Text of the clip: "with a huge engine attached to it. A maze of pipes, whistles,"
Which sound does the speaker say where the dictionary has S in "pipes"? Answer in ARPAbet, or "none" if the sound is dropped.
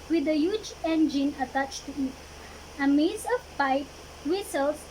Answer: none